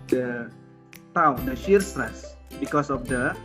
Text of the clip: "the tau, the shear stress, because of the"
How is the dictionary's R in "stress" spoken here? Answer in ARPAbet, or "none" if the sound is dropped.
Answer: R